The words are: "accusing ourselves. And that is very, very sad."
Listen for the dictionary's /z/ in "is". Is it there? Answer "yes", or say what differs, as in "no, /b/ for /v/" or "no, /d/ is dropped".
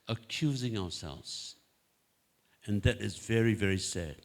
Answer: yes